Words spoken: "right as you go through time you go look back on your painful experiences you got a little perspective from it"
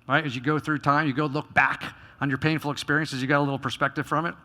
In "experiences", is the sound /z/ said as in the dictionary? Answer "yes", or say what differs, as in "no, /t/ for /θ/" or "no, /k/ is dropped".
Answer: yes